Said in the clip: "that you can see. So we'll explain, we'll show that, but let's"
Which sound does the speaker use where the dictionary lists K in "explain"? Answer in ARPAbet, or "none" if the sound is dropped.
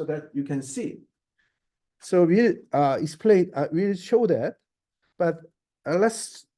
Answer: none